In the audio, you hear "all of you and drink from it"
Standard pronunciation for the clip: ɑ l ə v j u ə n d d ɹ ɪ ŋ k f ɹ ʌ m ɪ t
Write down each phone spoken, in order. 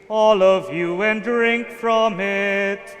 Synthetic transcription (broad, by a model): ɑ l ə v j u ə n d d ɹ ɪ ŋ k f ɹ ʌ m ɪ t